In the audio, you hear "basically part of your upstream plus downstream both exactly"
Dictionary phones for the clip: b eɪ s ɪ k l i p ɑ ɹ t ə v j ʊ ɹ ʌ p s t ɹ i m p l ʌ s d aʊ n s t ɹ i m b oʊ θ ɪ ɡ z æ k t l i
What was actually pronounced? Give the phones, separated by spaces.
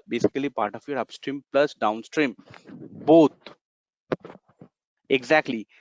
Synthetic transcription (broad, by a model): b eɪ s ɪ k l i p ɑ ɹ t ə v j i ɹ ʌ p s t ɹ i m p l ʌ s d aʊ n s t ɹ i m b oʊ t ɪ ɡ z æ k t l i